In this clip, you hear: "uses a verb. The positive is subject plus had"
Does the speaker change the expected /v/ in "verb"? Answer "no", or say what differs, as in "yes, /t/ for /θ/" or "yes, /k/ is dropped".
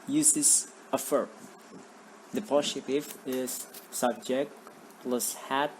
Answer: yes, /f/ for /v/